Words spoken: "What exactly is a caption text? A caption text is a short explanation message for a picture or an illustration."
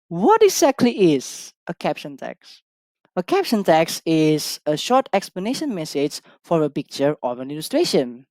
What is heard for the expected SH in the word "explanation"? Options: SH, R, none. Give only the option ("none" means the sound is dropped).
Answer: SH